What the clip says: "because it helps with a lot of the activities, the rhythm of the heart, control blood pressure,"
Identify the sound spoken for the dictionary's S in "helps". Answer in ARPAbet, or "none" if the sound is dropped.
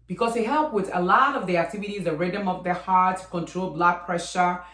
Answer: none